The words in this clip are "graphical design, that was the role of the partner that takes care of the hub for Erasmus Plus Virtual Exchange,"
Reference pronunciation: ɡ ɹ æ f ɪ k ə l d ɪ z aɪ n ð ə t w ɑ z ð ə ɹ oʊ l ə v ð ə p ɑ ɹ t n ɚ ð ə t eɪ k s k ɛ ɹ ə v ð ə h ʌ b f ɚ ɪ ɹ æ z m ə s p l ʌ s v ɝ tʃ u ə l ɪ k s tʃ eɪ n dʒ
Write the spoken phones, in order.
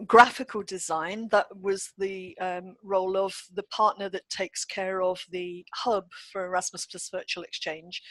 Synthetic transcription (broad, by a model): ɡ ɹ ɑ f ɪ k ə l d ɪ z aɪ n ð ə t w ɑ z ð ə ɹ oʊ l ə v ð ə p ɑ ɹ t n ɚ ð ə t eɪ k s k ɛ ɹ ə v ð ə h ʌ b f ɚ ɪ ɹ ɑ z m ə s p ʌ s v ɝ tʃ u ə l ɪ k s tʃ eɪ n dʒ